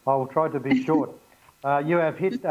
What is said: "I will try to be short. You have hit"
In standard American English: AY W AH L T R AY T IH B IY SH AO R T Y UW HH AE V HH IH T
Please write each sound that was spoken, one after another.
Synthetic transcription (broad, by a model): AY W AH L T R AY T IH B IY SH AO R T Y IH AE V HH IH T